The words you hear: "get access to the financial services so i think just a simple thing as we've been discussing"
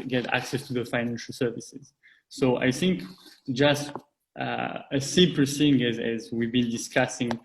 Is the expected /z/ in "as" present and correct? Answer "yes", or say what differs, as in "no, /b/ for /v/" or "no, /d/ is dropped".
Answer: yes